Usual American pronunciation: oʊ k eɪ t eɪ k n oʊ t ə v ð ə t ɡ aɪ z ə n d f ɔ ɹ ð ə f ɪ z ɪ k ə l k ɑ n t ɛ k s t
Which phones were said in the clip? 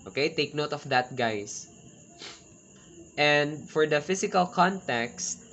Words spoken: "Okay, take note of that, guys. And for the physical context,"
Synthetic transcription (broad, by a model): oʊ k eɪ t eɪ k n oʊ t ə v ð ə t ɡ aɪ s ə n d f ɔ ɹ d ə f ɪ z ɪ k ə l k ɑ n t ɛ k s t